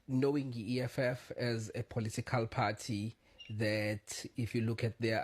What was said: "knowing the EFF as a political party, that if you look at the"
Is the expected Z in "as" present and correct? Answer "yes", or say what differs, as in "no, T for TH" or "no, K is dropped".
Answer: yes